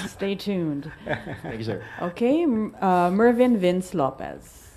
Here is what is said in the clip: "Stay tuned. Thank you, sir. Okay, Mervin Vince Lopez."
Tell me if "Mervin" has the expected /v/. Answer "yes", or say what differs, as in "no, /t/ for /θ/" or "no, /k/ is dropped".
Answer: yes